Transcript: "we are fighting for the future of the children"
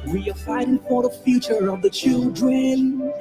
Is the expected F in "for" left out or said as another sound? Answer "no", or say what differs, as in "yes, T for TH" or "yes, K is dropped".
yes, P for F